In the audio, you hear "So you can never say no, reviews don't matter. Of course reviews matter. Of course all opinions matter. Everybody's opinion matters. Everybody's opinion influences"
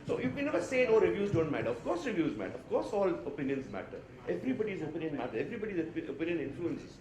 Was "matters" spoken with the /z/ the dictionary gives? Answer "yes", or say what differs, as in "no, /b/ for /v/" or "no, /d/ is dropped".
no, /z/ is dropped